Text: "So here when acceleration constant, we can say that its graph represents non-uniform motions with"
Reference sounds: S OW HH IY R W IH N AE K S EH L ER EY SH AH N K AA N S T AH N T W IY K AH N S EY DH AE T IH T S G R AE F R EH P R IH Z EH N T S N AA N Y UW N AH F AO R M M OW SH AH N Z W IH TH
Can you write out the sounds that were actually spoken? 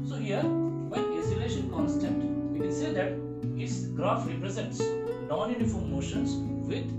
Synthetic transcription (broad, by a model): S OW HH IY R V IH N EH S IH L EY SH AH N K AA N S T AH N T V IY K AH N S EY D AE T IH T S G R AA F R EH P R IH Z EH N T S N AA N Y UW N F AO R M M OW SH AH N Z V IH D